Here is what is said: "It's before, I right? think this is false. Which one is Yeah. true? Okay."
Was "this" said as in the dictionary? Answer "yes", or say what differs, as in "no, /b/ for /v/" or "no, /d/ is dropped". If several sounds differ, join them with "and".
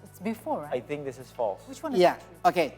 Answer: yes